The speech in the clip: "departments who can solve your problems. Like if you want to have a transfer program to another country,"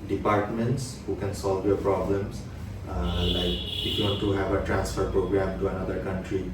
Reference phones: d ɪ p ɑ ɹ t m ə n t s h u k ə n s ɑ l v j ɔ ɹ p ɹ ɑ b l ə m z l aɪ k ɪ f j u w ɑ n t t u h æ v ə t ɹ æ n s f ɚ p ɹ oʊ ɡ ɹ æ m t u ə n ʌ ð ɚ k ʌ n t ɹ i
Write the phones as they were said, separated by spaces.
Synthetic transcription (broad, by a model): d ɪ p ɑ ɹ t m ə n t s h u k ə n s ɑ l v j ɔ ɹ p ɹ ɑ b l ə m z l aɪ k ɪ f j u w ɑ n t t u h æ v ə t ɹ æ n s f ɚ p ɹ oʊ ɡ ɹ æ m t u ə n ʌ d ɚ k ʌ n t ɹ i